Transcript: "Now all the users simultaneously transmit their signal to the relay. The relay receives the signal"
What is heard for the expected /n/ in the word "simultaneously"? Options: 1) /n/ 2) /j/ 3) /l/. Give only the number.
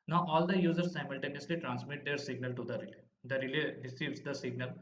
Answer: 1